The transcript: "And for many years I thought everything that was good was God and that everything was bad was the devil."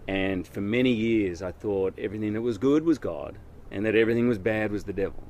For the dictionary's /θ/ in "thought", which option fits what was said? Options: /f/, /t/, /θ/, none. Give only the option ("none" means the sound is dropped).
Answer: /θ/